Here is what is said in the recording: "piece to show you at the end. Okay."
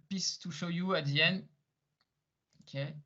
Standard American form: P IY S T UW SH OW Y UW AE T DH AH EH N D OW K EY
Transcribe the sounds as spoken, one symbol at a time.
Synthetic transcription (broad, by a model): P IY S T UW SH OW Y UW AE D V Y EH N OW K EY